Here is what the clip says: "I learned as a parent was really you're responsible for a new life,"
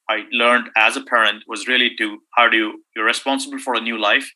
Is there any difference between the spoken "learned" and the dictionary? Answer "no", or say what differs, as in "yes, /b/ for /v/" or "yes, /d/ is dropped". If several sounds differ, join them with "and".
no